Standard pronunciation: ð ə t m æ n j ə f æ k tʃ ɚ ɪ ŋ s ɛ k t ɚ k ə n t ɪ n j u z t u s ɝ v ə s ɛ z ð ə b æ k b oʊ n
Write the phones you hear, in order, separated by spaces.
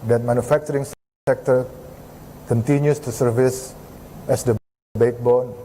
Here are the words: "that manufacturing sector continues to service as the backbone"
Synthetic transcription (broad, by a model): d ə t m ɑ n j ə f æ k tʃ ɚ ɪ ŋ s ɛ k t ɚ k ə n t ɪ n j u s t u s ɝ v ə s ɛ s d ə b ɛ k b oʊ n